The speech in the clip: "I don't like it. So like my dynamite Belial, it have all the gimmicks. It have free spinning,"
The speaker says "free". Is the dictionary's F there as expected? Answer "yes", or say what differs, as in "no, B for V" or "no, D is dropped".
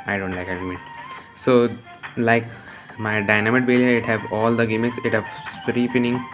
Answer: no, P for F